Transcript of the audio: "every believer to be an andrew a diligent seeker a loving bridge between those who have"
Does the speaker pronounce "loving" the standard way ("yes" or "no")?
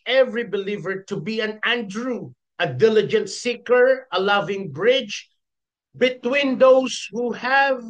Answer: yes